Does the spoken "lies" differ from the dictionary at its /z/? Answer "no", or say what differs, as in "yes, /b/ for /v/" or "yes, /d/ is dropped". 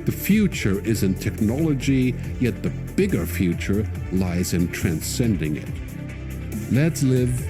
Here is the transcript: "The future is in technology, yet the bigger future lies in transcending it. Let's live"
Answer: no